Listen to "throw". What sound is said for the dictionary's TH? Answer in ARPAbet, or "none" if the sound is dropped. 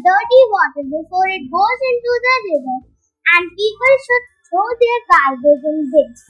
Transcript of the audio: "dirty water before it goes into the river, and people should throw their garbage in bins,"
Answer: S